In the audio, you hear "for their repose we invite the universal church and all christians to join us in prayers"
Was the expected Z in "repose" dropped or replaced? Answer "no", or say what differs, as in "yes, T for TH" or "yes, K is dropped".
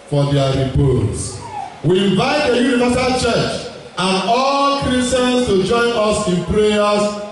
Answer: yes, S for Z